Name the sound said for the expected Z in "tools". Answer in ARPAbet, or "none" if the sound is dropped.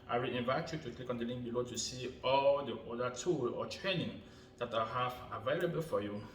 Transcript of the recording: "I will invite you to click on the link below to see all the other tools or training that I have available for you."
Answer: none